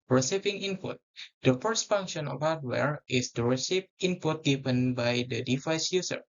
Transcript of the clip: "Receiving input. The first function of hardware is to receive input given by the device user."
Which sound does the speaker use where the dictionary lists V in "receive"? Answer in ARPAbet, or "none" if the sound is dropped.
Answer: P